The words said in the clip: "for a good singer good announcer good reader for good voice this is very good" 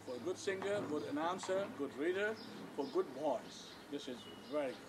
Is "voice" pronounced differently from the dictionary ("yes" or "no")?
yes